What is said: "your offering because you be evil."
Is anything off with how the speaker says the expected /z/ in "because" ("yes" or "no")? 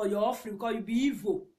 yes